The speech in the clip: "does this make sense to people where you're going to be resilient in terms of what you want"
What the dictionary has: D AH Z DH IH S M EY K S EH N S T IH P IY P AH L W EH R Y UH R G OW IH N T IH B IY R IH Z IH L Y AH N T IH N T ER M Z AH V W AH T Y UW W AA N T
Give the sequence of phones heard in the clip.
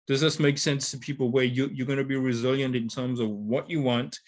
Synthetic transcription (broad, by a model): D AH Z DH IH S M EY K S EH N S T IH P IY P L W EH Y Y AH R G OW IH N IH B IY R IH Z IH L Y AH N T IH N T ER M Z AH V W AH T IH W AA N T